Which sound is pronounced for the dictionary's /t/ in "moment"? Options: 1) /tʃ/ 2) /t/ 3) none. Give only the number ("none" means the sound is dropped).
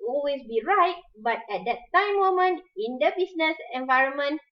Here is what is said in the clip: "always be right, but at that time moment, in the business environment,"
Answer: 3